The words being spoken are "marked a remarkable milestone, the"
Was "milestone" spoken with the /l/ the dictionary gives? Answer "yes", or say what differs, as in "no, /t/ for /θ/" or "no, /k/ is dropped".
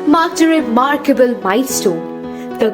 no, /l/ is dropped